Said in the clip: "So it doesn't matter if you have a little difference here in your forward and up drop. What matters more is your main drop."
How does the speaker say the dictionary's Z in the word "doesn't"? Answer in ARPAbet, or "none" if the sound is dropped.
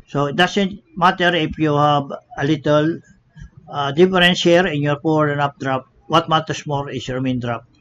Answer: S